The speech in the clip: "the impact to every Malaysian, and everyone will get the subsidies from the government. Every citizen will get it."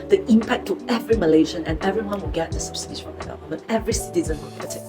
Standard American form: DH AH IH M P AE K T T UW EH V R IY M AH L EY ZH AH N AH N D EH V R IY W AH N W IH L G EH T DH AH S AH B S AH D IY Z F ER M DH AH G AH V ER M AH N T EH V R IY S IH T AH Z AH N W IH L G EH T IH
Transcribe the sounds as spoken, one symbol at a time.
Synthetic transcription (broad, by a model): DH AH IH M P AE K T T UW EH V R IY M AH L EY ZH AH N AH N EH V R IY W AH N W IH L G EH T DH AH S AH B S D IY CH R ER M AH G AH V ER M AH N EH V R IY S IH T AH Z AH N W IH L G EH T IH